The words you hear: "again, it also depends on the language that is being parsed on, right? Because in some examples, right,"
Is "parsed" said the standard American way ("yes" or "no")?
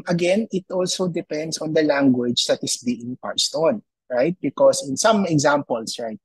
yes